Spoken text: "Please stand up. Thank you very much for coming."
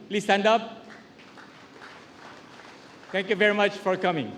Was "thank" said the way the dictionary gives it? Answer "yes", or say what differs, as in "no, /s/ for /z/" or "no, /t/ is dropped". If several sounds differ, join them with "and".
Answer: no, /t/ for /θ/